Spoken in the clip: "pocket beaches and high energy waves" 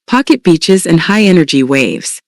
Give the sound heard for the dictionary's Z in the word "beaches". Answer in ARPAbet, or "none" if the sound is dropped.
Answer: Z